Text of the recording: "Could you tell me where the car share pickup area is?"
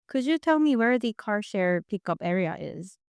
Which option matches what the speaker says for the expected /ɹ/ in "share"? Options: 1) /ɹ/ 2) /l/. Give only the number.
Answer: 1